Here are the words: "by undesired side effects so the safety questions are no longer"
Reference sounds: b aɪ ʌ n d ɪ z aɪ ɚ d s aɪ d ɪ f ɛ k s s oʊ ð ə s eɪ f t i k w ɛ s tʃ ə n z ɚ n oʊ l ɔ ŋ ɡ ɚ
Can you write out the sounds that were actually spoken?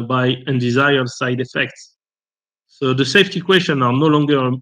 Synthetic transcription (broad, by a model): b aɪ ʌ n d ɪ z aɪ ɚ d s aɪ d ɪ f ɛ k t s oʊ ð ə s eɪ f t i k w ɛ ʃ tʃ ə n ɑ n oʊ l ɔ ŋ ɡ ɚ